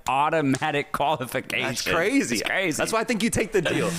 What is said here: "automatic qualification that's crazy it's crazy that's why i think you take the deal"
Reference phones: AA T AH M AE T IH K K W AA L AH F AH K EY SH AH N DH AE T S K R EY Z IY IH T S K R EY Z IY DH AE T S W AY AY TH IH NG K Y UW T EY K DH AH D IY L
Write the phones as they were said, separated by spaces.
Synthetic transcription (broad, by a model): AA T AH M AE T IH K K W AA L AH F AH K EY AH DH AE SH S K R EY Z IY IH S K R EY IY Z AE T S W AY AY TH IH NG K Y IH T EY K DH AH D IY L